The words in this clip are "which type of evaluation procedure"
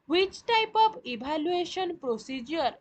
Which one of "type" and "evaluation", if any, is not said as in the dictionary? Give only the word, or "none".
evaluation